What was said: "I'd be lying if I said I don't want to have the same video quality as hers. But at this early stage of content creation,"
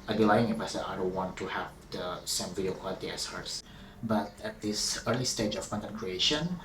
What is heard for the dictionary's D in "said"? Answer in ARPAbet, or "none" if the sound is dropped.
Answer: none